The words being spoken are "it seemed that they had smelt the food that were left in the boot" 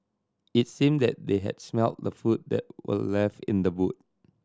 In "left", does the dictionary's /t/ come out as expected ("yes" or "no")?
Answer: no